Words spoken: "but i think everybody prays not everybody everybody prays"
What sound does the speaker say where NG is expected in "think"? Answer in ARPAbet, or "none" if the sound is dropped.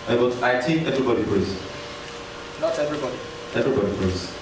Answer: none